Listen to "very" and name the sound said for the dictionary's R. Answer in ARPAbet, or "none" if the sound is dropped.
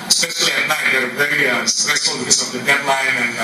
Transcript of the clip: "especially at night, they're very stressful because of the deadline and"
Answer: none